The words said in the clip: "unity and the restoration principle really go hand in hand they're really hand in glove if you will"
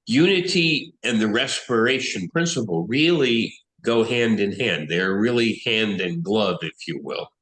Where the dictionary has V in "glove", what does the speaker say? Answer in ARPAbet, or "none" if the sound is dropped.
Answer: V